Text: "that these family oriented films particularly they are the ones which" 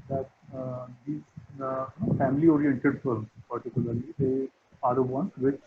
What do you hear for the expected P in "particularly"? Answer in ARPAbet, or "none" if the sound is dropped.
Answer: P